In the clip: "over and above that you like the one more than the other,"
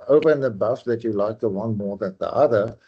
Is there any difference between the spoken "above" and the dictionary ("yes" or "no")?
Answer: yes